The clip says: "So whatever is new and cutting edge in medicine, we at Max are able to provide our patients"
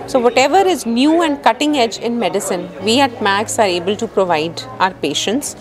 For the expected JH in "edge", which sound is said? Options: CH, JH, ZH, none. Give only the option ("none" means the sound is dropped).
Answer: JH